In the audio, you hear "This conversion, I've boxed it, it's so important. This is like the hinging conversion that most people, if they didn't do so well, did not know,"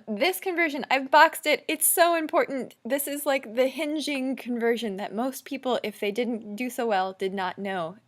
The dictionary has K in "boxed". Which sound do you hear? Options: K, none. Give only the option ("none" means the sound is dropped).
K